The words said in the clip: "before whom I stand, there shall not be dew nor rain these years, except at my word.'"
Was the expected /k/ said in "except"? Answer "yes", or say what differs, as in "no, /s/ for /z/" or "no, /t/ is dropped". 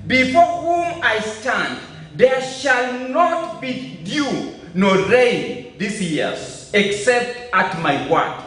yes